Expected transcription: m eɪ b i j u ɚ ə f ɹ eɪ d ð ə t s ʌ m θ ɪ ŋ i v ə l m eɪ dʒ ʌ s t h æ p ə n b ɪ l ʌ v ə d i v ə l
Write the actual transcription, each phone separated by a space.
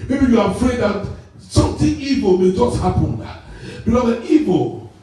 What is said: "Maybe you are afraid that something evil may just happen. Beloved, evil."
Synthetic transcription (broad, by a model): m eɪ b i j u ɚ ə f ɹ eɪ d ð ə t s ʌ m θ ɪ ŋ i v ə l m eɪ dʒ ʌ s t h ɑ p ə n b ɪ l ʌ ə i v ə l